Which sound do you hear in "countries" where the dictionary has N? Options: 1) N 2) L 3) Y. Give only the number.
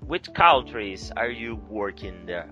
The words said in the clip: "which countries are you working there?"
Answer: 2